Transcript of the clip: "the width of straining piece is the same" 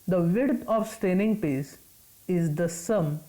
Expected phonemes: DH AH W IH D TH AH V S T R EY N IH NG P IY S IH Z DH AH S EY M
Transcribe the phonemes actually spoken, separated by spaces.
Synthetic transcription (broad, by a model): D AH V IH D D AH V S T EY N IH NG P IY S IH Z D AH S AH M